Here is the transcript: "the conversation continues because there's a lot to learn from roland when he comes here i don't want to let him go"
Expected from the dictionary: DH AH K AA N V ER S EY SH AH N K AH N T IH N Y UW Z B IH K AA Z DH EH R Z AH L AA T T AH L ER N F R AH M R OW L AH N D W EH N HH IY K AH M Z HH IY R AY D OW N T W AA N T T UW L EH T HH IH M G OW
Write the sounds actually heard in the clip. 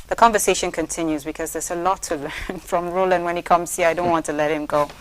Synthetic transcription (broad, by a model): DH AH K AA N V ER S EY SH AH N K AH N T IH N Y UW Z B IH K AA Z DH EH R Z AH L AA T T AH L ER N F R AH M R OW L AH N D W EH N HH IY K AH M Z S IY AY D OW N T W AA N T T UW L EH T HH IH M G OW